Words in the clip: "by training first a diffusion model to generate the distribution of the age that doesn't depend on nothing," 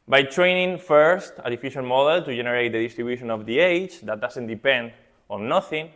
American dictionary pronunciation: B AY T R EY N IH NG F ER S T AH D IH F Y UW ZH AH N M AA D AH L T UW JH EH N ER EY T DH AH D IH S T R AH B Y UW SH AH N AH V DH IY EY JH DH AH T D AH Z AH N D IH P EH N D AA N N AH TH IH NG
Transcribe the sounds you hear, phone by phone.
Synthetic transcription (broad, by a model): B AY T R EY N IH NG F ER S T AH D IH F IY SH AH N M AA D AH L T UW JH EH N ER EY T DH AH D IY S T R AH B Y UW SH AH N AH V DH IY EY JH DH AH T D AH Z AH N D IH P EH N D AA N N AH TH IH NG